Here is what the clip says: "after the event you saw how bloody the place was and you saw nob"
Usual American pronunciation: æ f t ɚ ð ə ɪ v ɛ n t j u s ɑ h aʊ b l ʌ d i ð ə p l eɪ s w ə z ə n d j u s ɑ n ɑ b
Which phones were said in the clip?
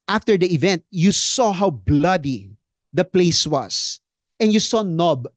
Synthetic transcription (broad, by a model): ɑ f t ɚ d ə ɪ v ɛ n t j u s ɑ h aʊ b l ʌ d i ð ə p l eɪ s w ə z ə n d j u s ɑ n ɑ b